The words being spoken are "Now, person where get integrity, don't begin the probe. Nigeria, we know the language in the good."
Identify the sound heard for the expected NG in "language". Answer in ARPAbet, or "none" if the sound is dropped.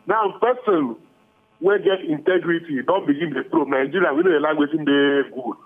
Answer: none